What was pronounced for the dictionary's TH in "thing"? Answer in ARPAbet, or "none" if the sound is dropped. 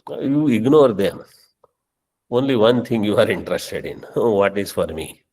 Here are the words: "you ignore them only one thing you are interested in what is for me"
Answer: T